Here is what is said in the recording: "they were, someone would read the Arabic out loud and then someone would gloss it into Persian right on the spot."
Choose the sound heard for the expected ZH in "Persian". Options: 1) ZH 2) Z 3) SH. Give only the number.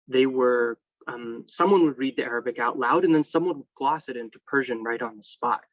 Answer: 1